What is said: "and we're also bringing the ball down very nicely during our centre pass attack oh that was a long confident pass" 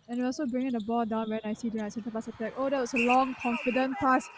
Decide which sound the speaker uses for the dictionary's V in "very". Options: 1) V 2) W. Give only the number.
2